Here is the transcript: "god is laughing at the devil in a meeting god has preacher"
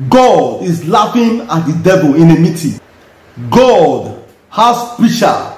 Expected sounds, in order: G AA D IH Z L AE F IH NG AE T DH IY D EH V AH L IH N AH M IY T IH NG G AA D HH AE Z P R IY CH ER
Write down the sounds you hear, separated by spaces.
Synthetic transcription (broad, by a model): G AA D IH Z L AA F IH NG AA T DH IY D EH V AH L IH N AH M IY T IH G AA D HH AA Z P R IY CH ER